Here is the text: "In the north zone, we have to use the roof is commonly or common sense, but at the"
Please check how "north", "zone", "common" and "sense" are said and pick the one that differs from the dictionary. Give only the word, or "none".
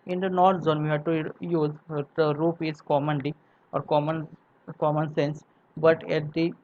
north